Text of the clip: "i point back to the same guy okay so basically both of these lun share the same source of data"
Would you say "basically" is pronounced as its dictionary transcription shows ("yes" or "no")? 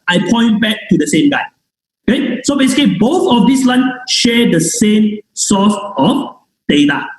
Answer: no